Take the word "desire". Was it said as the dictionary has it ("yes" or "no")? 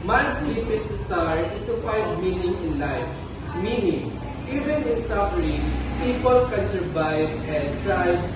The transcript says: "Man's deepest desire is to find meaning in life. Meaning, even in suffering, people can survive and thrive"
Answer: no